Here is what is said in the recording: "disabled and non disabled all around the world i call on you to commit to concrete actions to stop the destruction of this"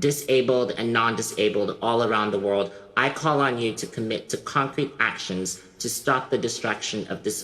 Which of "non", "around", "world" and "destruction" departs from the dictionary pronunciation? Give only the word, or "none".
none